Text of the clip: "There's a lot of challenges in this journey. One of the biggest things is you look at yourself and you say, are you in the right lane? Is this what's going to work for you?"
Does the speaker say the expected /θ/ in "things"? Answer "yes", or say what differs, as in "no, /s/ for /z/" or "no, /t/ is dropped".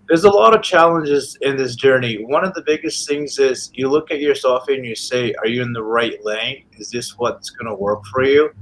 yes